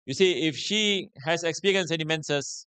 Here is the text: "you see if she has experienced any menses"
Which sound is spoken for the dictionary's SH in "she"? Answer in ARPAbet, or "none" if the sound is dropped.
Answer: SH